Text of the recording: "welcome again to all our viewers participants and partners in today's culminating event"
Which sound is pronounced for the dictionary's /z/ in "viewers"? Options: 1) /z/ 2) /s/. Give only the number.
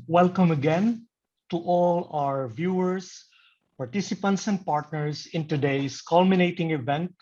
2